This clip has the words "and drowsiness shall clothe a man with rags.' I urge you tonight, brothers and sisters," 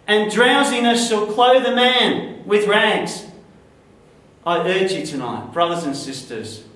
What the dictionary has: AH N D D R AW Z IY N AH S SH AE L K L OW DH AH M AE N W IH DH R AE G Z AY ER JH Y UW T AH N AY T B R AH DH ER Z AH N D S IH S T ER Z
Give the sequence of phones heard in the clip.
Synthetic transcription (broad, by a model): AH N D D R AW Z IY N AH S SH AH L K L OW DH AH M AE N W IH DH R AE G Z AY ER JH Y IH T AH N AY T B R AH DH ER Z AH N S IH S T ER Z